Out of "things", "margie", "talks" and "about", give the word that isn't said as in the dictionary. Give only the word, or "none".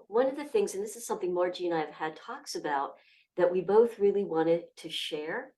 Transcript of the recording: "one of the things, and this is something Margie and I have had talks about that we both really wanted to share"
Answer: none